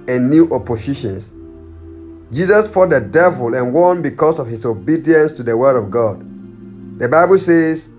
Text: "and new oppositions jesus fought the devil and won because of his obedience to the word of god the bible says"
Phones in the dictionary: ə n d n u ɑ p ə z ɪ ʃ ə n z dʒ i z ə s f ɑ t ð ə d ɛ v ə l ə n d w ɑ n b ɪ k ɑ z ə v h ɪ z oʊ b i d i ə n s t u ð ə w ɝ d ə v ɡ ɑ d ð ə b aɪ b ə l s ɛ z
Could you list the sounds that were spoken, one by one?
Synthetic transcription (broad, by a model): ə n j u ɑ p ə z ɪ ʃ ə n s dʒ i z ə s p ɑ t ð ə d ɛ v ə l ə n w ɑ n b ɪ k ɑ s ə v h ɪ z oʊ b i d i ə n s t u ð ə w ɝ d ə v ɡ ɑ d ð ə b aɪ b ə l s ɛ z